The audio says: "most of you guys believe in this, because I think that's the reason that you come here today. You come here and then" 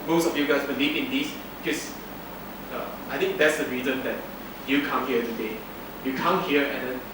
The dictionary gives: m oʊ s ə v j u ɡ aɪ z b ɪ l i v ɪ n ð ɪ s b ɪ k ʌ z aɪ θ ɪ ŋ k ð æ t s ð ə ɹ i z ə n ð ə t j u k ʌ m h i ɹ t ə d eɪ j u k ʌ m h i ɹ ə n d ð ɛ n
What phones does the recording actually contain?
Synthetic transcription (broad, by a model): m oʊ s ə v j u ɡ aɪ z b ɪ l i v ɪ n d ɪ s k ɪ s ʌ aɪ t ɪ ŋ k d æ t s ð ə ɹ i z ə n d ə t j u k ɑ m h i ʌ t ə d eɪ j u k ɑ m h i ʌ ə n d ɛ n